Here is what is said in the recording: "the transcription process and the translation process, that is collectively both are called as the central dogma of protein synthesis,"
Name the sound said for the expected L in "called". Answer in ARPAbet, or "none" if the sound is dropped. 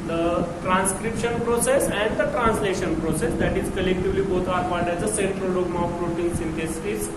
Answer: N